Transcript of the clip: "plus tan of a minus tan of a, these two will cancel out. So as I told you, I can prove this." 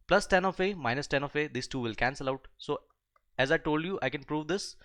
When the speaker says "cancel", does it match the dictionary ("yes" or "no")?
yes